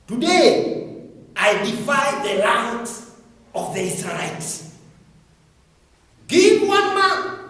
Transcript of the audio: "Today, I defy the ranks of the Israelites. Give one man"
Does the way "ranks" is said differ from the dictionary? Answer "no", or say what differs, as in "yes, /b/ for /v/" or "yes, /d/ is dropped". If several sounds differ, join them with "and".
yes, /l/ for /ɹ/